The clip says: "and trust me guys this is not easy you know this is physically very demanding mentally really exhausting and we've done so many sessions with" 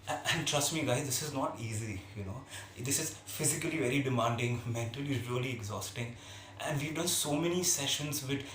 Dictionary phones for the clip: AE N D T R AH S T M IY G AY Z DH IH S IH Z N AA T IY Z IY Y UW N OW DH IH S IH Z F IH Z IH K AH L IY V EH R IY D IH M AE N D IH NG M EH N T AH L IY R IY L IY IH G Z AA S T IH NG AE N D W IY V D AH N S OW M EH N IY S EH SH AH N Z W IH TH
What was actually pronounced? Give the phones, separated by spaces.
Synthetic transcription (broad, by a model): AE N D T R AH S T M IY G AY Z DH IH S IH Z N AA T IY Z IY Y UW N OW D IH S IH Z F IH Z IH K AH L IY V EH R IY D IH M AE N D IH NG M EH N T AH L IY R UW L IY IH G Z AA S T IH NG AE N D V IY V D AH N S OW M EH N IY S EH SH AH N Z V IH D